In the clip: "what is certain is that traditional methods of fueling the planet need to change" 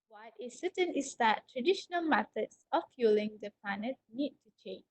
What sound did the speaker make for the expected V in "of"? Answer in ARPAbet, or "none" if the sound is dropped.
F